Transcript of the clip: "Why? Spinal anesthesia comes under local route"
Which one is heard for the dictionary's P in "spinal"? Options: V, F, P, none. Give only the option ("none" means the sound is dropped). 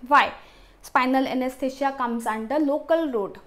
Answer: P